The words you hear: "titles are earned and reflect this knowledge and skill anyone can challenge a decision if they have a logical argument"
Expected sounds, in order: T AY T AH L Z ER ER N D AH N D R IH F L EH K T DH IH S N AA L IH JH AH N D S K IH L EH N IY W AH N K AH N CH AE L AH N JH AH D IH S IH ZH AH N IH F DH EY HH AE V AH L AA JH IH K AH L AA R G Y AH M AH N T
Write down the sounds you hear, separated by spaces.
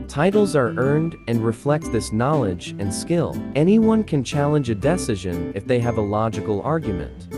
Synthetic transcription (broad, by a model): T AY T L Z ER ER N D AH N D R IH F L EH K T DH IH S N AA L IH JH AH N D S K IH L EH N IY W AH N K AH N CH AE L AH N JH AH D IH S IH ZH AH N IH F DH EY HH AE V AH L AA JH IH K L AA R G Y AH M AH N T